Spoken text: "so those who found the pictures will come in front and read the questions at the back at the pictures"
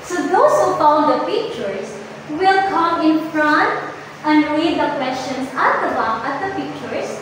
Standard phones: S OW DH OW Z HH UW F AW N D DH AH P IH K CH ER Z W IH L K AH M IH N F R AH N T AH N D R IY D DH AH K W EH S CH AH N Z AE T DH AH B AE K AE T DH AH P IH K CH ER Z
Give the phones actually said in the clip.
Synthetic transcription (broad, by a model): S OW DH OW S HH UW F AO L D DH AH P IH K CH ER S W IH L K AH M IH N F R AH N T AH N D R IY D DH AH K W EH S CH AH N S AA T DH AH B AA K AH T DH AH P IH K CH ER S